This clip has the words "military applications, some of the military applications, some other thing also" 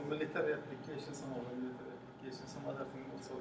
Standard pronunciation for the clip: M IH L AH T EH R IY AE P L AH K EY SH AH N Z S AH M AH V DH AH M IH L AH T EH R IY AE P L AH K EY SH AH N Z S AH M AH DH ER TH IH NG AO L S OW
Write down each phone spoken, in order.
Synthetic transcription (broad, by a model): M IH L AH T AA R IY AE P L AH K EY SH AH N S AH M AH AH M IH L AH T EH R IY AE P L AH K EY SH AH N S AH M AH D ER T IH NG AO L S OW